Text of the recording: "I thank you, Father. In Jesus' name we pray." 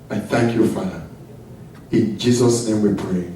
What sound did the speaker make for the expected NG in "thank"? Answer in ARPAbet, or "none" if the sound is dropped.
NG